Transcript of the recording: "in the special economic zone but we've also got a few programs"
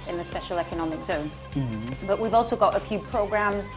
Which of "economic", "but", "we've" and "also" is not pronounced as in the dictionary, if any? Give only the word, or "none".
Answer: none